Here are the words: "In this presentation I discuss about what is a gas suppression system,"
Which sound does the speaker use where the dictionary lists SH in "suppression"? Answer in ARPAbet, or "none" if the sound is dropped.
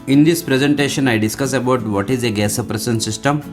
S